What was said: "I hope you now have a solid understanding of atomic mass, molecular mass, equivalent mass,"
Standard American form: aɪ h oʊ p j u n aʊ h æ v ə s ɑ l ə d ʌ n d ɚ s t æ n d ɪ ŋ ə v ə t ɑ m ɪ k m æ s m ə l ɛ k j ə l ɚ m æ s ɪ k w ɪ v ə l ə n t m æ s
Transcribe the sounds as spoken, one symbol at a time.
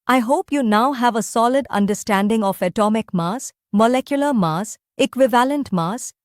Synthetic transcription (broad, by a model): aɪ h oʊ p j u n aʊ h æ v ə s ɑ l ə d ʌ n d ɚ s t æ n d ɪ ŋ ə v ə t ɑ m ɪ k m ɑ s m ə l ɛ k j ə l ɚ m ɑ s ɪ k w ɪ v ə l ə n t m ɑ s